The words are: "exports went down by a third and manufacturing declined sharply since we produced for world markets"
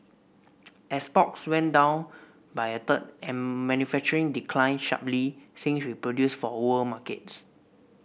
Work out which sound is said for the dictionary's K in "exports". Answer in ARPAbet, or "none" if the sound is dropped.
none